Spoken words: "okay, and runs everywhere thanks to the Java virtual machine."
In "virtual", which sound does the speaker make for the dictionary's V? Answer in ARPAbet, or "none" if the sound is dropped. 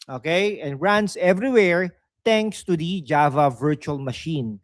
V